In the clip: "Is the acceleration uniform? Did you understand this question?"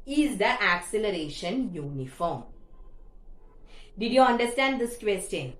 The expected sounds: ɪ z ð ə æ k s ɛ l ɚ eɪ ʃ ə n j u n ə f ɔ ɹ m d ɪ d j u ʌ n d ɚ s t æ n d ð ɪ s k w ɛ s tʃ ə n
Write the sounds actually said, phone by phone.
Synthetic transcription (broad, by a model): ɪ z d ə æ k s ɛ l ɚ eɪ ʃ ə n j u n ə f ɔ ɹ m d ɪ d j u ʌ n d ɚ s t æ n d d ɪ s k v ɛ s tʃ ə n